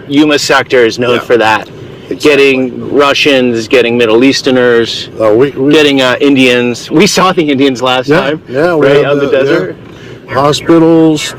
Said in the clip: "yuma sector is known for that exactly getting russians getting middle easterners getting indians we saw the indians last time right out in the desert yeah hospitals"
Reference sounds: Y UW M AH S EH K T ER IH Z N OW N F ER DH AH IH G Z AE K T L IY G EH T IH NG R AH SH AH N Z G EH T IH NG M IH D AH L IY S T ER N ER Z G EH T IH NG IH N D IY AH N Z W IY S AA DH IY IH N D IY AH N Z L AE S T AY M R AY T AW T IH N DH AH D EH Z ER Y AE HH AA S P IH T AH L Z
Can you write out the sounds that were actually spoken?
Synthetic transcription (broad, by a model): Y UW M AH S EH K T ER IH Z N OW N F ER DH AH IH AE T G EH T IH NG R AH SH AH N Z G EH T IH NG M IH D L IY S T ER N ER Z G EH T IH NG IH N D IY AH N Z W IY S AA DH IY IH N D IY AH N Z L AE S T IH M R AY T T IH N DH AH D EH Z ER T HH AA S P IH T L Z